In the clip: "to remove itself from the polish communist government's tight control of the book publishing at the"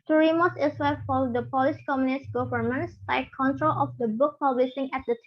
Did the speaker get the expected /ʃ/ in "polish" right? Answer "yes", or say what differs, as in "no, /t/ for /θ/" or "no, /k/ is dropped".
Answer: no, /s/ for /ʃ/